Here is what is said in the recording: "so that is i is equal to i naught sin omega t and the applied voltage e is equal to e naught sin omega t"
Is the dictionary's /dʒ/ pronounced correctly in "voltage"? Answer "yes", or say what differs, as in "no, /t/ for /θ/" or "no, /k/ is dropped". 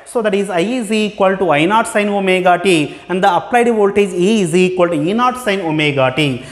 no, /z/ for /dʒ/